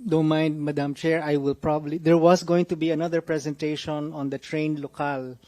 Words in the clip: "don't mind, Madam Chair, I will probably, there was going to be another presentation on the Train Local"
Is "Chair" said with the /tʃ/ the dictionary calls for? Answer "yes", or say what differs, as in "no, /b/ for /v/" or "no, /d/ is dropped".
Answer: yes